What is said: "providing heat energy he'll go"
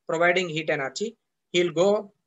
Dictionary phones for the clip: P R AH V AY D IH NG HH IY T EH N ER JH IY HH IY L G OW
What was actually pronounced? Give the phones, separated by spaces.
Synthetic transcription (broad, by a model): P R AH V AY D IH NG HH IY T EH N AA CH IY HH IY L G OW